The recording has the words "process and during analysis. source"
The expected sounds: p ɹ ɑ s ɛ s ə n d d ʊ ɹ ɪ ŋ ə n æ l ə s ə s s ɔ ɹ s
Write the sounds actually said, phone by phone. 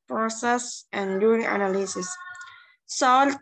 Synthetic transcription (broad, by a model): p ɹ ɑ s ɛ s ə n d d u ɪ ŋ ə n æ l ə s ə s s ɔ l